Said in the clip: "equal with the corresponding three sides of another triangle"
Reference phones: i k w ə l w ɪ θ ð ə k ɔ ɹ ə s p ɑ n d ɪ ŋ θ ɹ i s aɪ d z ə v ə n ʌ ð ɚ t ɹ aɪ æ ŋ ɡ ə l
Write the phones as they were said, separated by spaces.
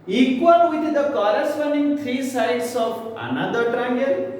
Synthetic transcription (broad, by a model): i k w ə l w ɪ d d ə k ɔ ɹ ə s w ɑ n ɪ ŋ t ɹ i s aɪ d s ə p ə n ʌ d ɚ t ɹ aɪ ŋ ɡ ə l